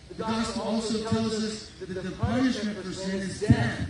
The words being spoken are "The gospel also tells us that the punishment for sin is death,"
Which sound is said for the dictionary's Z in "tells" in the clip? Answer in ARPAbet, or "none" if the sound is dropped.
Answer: Z